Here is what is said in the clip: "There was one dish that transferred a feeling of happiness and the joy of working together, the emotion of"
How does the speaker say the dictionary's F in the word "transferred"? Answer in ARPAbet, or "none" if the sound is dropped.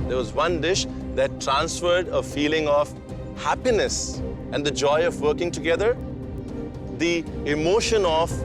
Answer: F